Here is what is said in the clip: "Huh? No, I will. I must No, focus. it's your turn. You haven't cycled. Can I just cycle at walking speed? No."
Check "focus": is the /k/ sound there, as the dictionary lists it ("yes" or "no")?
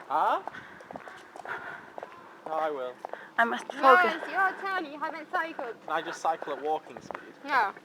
no